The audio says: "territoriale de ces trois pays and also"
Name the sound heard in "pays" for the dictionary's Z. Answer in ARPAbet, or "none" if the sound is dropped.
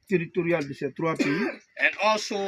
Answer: none